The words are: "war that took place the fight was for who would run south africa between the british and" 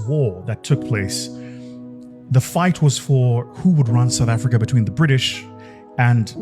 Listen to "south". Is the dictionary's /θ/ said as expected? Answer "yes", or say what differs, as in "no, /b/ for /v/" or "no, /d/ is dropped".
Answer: yes